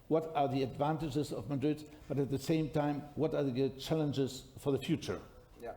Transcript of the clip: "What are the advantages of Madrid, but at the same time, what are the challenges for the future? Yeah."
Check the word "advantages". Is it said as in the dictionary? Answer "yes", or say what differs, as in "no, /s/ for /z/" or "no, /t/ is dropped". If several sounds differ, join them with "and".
yes